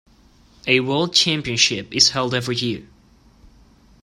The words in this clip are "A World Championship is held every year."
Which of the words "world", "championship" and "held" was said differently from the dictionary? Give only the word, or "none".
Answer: none